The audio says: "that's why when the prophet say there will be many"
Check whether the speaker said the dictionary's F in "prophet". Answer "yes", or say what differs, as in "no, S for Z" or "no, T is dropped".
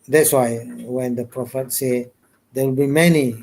yes